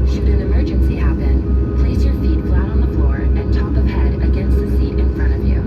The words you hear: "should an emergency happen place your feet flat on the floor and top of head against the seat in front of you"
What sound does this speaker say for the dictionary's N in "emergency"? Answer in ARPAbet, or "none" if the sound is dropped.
N